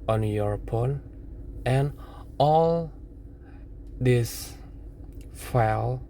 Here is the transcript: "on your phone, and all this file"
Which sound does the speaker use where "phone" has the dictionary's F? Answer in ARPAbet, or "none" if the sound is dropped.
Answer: P